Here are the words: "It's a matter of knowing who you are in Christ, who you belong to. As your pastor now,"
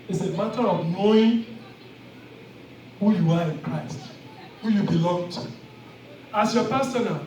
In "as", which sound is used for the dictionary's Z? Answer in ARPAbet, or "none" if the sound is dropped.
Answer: S